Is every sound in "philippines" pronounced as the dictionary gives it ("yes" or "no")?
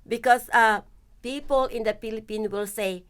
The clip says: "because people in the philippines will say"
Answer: no